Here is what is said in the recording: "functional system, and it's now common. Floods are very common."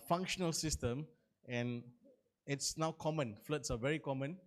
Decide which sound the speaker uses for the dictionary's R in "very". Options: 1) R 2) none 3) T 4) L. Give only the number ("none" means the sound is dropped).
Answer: 1